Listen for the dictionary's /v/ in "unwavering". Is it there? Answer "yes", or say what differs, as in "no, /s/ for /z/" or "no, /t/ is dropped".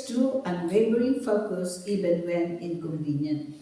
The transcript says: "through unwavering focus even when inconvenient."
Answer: no, /b/ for /v/